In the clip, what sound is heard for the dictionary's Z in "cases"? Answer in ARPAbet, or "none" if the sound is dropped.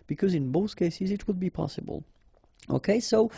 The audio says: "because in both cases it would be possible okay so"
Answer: Z